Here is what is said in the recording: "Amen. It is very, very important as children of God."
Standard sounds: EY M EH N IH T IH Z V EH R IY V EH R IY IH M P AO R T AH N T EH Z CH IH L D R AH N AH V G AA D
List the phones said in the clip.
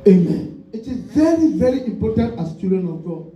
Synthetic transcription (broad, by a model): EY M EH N IH T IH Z V EH R IY V EH R IY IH M P AO T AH N T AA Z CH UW D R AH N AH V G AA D